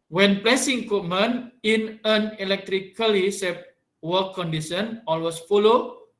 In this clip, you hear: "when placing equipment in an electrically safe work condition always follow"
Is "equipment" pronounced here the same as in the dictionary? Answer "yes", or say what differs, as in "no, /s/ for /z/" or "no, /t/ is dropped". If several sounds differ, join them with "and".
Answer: no, /t/ is dropped